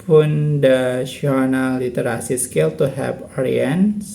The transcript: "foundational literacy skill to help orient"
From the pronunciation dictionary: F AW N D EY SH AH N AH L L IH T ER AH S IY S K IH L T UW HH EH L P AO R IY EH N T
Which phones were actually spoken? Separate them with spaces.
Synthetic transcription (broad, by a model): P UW N D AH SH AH N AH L L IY T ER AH S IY S K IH L T UW HH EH P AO R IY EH N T